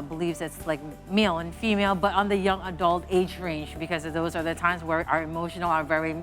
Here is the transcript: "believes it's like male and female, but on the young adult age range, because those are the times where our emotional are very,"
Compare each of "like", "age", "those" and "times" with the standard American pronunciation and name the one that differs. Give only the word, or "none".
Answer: none